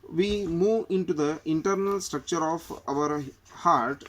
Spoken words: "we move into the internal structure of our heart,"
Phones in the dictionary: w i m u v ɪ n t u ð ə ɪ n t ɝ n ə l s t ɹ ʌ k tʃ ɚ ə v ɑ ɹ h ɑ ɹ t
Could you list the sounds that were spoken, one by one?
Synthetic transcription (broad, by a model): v i m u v ɪ n t u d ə ɪ n t ɝ n ə l s t ɹ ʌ k tʃ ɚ ə v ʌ ɹ h ɑ ɹ t